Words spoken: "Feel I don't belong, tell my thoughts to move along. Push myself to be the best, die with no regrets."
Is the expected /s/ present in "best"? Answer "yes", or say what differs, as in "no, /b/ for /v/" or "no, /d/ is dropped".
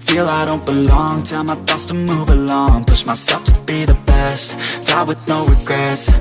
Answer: yes